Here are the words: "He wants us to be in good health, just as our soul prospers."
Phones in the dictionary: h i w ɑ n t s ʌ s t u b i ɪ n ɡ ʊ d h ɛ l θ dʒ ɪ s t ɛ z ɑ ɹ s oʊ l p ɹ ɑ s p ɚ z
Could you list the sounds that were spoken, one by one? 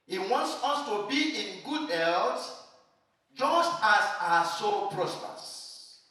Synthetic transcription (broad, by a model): h i w ɑ n t s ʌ s t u b i ɪ n ɡ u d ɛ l t dʒ ɪ s t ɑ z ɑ s oʊ p ɹ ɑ s p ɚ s